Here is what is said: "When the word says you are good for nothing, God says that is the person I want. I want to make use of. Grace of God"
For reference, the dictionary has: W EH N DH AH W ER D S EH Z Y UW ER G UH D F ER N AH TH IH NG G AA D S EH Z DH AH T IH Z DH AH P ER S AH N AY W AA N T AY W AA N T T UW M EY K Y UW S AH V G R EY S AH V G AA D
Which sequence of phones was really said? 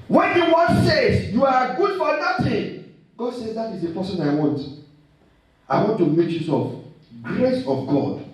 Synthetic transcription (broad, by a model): W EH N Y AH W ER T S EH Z Y UW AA G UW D F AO N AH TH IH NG G AA D S EH Z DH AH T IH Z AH P ER S AH N AY W AA N T AY W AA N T T UW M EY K Y UW S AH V G R EY S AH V G AA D